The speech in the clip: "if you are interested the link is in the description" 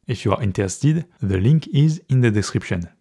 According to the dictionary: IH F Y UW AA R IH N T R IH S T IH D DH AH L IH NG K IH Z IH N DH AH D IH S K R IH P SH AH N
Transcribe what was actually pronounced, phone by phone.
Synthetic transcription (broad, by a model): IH F Y UW AA R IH N T IH S T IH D DH AH L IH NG K IH Z IH N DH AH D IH S K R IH P SH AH N